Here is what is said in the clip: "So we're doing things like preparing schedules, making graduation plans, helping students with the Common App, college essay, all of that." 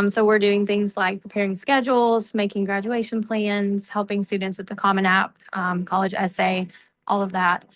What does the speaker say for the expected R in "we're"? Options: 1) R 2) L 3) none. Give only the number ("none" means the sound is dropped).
1